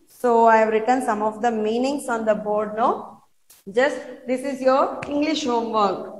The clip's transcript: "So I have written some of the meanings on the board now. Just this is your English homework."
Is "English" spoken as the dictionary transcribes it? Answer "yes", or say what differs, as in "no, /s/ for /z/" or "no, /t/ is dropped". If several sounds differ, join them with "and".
yes